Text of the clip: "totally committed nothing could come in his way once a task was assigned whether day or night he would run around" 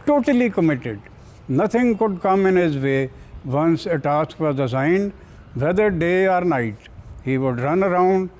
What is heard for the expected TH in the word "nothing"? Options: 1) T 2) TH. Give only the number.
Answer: 1